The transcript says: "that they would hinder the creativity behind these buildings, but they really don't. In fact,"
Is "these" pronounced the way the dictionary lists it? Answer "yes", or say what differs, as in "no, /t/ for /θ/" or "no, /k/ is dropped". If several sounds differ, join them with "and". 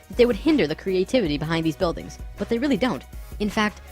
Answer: yes